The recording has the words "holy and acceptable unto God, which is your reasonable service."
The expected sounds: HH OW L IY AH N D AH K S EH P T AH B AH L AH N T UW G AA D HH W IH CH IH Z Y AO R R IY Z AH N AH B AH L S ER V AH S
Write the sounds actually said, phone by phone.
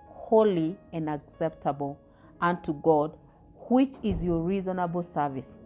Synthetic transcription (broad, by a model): HH OW L IY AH N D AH K S EH P T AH B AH L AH N T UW G AA D HH W IH CH IH Z Y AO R R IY Z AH N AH B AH L S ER V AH S